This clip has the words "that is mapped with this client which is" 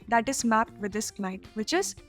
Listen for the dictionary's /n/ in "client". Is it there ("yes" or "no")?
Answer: no